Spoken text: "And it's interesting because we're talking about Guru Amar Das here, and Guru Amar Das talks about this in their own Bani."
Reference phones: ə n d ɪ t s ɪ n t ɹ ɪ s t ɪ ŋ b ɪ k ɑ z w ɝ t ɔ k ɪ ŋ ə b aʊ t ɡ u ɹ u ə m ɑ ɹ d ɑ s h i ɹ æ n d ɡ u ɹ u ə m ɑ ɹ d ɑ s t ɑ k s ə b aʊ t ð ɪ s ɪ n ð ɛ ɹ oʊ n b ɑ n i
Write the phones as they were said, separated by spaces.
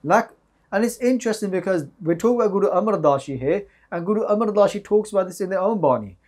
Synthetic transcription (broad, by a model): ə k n ɪ t s ɪ n t ɹ ɪ s t ɪ ŋ b ɪ k ɑ z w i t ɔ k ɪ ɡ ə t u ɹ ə m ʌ ɹ d ɑ ʃ h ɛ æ n ɡ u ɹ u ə m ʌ ɹ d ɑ ʃ t ɑ k s ə b aʊ t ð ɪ s ɪ n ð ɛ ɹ oʊ n b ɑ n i